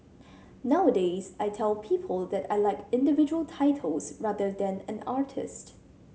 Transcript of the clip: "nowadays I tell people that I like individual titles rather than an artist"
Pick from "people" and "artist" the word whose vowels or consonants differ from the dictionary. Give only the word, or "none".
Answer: none